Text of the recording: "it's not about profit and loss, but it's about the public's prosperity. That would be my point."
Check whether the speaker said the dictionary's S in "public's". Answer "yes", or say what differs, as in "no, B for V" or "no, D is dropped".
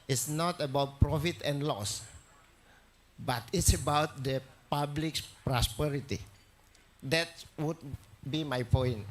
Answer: no, S is dropped